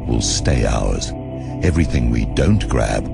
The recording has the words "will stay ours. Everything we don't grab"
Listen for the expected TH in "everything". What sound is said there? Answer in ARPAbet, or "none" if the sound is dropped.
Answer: TH